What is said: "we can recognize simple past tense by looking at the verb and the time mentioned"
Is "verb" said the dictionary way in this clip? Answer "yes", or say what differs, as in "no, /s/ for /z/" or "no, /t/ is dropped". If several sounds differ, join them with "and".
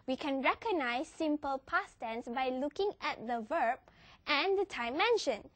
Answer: yes